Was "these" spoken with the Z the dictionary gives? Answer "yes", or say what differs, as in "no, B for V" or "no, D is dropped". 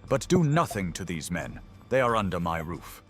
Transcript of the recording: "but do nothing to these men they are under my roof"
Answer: yes